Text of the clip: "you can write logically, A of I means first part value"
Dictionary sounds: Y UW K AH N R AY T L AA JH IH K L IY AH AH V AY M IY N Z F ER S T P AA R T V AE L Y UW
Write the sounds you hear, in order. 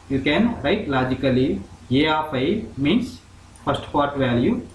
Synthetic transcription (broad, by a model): Y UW K AH N R AY T L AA JH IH K L IY AH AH P AY M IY N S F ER S T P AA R T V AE L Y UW